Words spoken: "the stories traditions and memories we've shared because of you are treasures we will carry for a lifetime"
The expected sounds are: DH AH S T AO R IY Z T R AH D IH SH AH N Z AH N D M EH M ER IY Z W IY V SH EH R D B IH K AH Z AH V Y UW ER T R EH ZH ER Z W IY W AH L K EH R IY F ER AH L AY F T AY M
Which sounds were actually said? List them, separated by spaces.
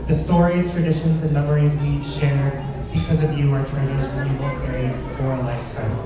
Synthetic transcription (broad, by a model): DH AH S T AO R IY Z T R AH D IH SH AH N Z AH N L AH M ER IY Z W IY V SH EH R D B IH K AH Z AH V Y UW ER T R EH ZH ER Z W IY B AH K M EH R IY F ER AH L AY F T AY M